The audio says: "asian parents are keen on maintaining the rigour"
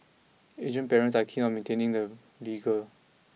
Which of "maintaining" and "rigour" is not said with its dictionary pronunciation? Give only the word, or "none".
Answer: rigour